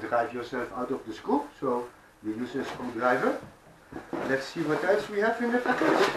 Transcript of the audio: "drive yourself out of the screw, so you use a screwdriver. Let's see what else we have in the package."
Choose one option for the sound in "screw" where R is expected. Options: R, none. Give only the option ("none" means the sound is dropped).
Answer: none